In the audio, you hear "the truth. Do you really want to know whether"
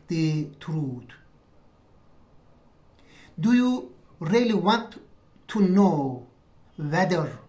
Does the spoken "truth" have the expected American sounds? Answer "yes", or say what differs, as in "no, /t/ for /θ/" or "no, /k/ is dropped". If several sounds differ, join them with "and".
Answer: no, /t/ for /θ/